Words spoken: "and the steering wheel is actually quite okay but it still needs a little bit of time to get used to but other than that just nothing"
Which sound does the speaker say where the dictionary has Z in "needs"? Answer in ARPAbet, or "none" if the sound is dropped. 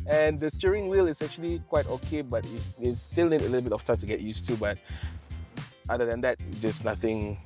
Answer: none